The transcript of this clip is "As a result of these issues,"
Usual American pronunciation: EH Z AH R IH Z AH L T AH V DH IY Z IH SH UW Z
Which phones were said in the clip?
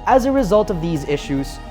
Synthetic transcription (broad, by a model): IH Z AH R IH Z AH L T AH V DH IY Z IH SH UW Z